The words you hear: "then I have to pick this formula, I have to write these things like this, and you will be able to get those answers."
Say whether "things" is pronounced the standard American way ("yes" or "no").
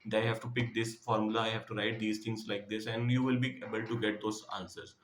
no